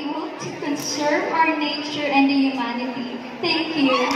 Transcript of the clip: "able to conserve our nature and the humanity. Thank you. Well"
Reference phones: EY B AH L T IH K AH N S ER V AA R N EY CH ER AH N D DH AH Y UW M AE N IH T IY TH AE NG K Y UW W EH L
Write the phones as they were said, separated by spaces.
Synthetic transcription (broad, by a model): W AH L T IH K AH N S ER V AA R N EY CH ER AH N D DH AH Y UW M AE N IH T IY T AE NG K Y UW